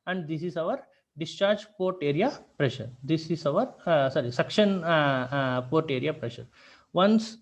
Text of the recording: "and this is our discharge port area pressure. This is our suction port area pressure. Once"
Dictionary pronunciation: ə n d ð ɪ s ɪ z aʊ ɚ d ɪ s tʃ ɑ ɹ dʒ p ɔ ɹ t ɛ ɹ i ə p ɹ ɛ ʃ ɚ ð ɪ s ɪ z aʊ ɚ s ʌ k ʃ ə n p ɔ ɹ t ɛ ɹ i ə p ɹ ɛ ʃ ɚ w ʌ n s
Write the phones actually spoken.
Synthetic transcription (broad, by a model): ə n d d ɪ s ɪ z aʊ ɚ d ɪ s tʃ ɑ ɹ dʒ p ɔ ɹ t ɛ ɹ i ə p ɹ ɛ ʃ ɚ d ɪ s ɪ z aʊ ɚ s ʌ k ʃ ə n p ɔ ɹ t ɛ ɹ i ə p ɹ ɛ ʃ ɚ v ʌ n s